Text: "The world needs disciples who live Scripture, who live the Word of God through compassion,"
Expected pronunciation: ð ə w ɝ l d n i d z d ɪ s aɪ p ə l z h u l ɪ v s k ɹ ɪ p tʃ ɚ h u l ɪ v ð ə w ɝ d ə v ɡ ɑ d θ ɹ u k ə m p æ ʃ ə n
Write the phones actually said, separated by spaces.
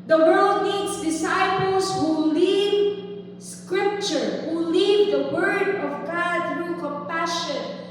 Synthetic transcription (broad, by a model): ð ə w ɝ l d n i d s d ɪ s aɪ p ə l s h u l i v s k ɹ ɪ p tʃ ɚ h u l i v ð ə w ɝ d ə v ɡ ɑ d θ ɹ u k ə m p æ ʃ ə n